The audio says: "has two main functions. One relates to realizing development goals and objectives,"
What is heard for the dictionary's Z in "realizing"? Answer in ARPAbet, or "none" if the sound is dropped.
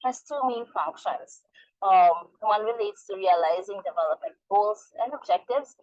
Z